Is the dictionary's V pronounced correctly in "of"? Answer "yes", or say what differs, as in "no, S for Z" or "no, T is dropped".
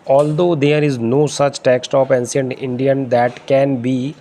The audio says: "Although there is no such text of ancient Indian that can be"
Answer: no, P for V